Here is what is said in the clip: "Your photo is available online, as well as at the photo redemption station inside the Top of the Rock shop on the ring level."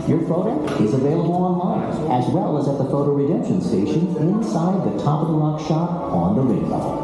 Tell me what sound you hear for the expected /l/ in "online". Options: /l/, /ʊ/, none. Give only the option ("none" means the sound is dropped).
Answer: /l/